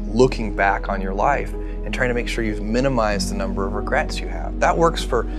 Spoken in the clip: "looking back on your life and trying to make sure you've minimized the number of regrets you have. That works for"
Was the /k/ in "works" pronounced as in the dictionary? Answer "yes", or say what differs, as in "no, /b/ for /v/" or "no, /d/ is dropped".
yes